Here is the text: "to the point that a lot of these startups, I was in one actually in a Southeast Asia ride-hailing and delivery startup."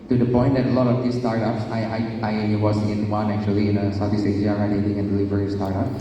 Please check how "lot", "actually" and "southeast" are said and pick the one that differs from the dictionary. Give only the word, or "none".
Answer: southeast